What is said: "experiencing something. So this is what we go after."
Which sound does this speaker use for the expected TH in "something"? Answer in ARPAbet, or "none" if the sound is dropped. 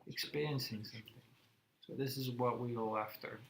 TH